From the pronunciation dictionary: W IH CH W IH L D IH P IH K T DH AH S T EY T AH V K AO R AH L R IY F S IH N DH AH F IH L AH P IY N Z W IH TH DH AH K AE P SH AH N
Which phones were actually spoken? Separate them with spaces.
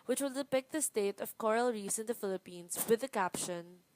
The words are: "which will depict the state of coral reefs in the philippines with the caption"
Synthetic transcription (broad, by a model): W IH CH W IH L D IH P IH K T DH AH S T EY T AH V K AO R AH L R IY S IH N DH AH F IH L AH P IY N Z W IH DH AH K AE P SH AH N